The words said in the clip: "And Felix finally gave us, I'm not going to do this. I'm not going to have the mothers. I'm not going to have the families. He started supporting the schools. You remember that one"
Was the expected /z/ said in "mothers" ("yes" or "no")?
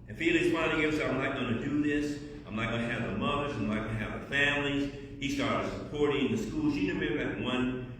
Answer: yes